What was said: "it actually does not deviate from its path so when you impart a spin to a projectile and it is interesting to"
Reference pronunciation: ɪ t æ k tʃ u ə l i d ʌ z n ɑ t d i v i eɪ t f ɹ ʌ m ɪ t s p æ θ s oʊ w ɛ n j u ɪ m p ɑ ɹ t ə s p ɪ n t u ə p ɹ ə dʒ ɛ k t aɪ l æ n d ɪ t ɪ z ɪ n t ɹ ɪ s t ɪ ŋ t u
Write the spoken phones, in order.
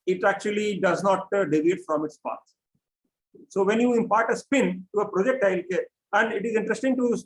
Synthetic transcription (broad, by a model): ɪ t æ k tʃ u ə l i d ʌ z n ɑ t d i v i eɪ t f ɹ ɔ m ɪ t s p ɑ t s oʊ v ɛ n j u ɪ m p ɑ ɹ t ə s p ɪ n t u ə p ɹ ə dʒ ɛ k t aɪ l æ n d ɪ t ɪ z ɪ n t ɹ ɪ s t ɪ ŋ t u